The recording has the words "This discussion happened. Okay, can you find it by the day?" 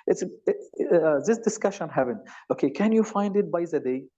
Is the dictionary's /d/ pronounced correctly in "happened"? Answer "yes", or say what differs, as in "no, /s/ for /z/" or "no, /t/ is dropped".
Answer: no, /d/ is dropped